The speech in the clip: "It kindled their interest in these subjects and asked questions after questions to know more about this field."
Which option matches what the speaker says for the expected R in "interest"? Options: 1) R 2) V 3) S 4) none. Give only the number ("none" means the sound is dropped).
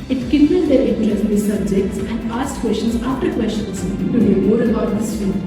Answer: 4